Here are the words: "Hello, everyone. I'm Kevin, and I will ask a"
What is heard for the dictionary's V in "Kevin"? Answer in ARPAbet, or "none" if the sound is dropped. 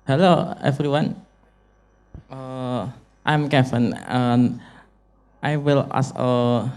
F